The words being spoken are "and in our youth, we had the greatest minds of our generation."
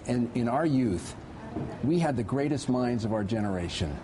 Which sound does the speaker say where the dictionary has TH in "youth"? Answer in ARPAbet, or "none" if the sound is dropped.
TH